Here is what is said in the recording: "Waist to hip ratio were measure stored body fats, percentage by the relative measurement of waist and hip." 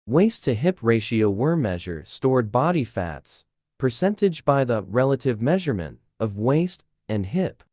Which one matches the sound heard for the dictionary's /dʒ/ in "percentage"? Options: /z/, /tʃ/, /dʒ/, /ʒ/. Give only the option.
/dʒ/